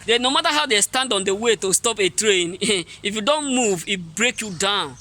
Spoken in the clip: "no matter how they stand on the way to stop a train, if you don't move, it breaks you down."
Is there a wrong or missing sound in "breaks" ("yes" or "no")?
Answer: yes